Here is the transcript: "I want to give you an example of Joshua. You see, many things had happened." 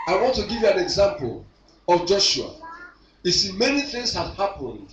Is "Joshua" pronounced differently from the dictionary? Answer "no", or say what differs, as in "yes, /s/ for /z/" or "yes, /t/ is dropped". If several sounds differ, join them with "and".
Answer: no